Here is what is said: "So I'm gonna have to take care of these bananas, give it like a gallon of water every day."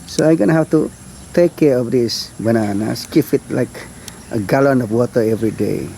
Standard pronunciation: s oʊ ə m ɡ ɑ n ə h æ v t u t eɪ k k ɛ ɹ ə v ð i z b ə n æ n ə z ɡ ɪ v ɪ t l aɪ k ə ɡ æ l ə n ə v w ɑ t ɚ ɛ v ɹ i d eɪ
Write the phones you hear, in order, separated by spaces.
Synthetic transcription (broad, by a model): s oʊ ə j ɡ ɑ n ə h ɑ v t u t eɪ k k ɛ ɹ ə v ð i s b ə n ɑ n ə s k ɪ f ɪ t l aɪ k ə ɡ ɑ l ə n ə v w ɑ t ɚ ɛ v ɹ i d eɪ